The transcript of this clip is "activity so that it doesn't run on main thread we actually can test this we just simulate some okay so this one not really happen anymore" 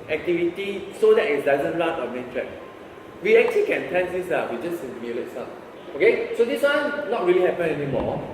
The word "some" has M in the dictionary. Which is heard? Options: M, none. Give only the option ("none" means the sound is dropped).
none